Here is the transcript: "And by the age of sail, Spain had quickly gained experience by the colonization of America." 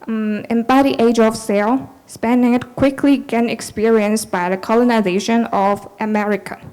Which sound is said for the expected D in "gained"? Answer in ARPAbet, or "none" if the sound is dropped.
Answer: none